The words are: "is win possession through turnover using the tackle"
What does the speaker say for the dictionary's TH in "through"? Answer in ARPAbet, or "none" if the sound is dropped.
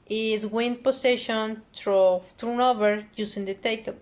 T